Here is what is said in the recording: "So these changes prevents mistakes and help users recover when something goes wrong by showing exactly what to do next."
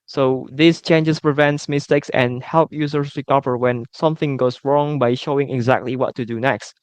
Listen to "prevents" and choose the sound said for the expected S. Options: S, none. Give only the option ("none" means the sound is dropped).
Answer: S